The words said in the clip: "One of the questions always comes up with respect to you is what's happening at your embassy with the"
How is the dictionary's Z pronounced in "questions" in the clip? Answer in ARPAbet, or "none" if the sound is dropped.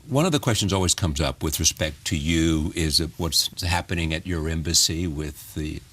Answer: Z